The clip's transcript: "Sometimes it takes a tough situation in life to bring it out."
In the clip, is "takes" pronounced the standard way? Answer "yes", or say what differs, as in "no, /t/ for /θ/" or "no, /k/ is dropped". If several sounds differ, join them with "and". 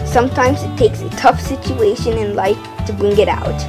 yes